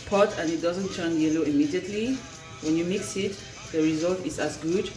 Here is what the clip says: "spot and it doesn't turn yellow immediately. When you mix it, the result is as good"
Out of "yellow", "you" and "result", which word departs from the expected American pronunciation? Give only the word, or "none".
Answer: none